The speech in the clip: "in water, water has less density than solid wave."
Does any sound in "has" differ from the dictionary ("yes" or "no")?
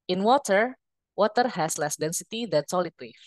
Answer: yes